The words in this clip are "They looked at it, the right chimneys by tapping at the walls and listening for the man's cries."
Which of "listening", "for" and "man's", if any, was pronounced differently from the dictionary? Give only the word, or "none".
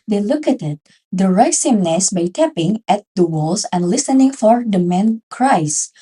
man's